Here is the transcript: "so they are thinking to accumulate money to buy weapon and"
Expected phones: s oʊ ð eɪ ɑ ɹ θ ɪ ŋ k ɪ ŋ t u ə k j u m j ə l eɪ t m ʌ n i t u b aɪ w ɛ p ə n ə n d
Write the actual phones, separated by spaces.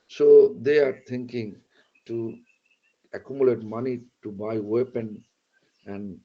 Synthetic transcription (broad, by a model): s oʊ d eɪ ɑ ɹ t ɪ ŋ k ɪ ŋ t u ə k j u m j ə l eɪ t m ʌ n i t u b aɪ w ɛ p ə n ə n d